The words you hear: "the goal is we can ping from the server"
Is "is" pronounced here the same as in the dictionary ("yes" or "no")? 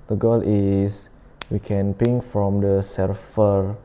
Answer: no